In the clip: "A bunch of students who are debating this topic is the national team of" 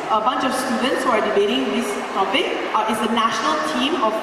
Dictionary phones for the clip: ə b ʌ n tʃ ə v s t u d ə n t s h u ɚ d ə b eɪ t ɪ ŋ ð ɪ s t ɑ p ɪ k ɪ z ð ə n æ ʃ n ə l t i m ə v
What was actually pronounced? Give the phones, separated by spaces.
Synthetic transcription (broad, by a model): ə b ʌ n tʃ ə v s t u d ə n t s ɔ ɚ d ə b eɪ t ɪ ŋ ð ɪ s t ɑ p ɪ k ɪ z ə n æ ʃ n ə l t i m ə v